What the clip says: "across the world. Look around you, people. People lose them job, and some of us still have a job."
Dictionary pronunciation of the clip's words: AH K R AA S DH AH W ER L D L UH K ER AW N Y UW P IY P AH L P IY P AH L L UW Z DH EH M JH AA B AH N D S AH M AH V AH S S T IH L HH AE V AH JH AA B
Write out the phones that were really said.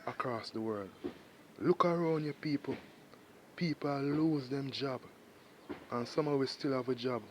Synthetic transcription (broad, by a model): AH K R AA S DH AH W ER L D L UH K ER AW N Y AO P IY P AH L P IY P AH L L UW Z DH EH M JH AA B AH N S AH M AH W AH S S T IH L HH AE V AH JH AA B